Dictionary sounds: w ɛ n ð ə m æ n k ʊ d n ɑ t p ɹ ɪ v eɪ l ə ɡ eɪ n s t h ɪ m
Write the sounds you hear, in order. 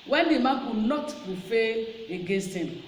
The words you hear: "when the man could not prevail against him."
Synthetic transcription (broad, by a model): w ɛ n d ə m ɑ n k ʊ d n ɑ t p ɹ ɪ f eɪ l ə ɡ eɪ n s t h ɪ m